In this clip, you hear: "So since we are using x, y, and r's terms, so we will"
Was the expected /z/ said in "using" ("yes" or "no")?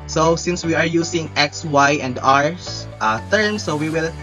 no